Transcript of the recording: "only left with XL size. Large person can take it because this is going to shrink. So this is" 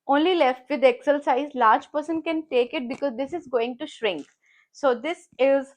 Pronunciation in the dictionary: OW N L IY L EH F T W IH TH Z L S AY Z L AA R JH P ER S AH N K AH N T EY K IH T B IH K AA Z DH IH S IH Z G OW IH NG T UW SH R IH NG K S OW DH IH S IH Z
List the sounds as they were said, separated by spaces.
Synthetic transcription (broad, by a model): OW N L IY L EH F T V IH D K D S AY Z L AA R JH P ER S AH N K AH N T EY K IH T B IH K AA Z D IH S IH Z G OW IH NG T UW SH R IH NG K S OW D IH S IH Z